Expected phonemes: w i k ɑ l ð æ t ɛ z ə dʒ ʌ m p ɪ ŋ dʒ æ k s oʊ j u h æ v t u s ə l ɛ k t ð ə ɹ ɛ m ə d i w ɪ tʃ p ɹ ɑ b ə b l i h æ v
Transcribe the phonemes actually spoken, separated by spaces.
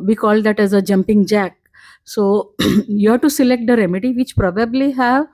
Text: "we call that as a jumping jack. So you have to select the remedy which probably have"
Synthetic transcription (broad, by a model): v i k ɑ l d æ t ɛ z ə dʒ ʌ m p ɪ ŋ dʒ æ k s oʊ j u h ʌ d t u s ə l ɛ k t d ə ɹ ɛ m ə d i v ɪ tʃ p ɹ ɑ b ə b l i h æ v